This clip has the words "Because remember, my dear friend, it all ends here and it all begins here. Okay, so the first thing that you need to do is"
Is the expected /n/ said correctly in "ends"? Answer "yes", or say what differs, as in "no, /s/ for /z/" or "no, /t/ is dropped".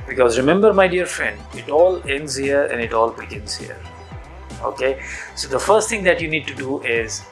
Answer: yes